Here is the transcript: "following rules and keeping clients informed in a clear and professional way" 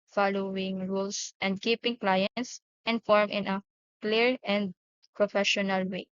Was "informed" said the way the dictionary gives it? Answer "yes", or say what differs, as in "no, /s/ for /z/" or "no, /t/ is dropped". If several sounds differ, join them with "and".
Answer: no, /d/ is dropped